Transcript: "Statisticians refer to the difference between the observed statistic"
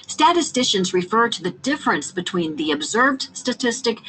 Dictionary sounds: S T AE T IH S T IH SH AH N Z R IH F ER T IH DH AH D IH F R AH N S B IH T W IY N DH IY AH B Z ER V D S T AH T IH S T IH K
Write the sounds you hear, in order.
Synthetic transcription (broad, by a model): S T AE T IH S T IH SH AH N Z R IH F ER T IH DH AH D IH F R AH N S B IH T W IY N DH IY AH B Z ER V D S T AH T IH S T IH K